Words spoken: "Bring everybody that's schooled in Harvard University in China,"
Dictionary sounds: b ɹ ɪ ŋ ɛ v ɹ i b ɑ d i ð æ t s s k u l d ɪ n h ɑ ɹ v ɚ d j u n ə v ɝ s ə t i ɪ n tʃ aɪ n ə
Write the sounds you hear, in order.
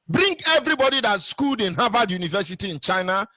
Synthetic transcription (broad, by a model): b ɹ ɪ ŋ ɛ v ɹ i b ɑ d i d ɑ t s s k u l d ɪ n h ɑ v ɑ d j u n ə v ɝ s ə t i ɪ n tʃ aɪ n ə